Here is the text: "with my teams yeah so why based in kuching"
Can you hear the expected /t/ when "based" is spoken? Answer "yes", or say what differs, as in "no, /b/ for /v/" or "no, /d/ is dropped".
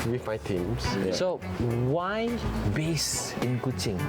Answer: no, /t/ is dropped